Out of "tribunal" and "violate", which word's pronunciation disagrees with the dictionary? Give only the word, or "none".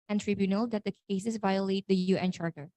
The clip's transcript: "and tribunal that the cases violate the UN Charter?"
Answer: none